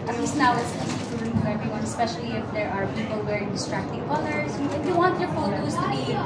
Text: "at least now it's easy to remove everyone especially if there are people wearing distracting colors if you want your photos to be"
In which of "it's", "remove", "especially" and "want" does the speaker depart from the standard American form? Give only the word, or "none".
remove